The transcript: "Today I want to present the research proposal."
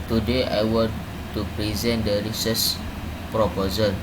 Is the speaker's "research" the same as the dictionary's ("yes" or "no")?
no